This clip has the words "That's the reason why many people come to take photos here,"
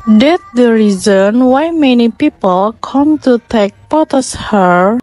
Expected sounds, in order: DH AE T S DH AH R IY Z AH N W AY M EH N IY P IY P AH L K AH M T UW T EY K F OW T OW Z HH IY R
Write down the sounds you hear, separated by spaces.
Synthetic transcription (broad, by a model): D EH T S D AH R IY Z AH N W AY M EH N IY P IY P AH L K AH M T UW T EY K P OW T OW S HH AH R